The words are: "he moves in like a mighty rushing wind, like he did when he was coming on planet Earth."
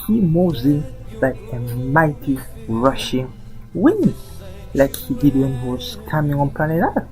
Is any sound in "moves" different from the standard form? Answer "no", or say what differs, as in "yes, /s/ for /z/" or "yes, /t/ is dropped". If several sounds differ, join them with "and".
yes, /v/ is dropped